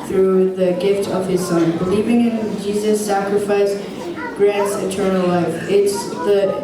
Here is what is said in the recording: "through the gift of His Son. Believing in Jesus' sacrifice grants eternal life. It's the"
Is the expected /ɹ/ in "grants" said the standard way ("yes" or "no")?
yes